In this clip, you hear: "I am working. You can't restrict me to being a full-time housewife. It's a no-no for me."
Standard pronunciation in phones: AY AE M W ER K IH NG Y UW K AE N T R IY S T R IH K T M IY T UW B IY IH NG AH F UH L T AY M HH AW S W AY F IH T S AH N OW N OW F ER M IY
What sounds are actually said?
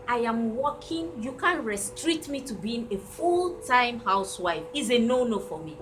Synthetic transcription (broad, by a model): AY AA M W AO K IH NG Y UW K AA N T R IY S T R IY T M IY T UW B IY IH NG AH F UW L T AY M HH AW S W AY F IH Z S AH N OW N OW F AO M IY